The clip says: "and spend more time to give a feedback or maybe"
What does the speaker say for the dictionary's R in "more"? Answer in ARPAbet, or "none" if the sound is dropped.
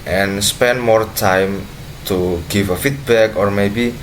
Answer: R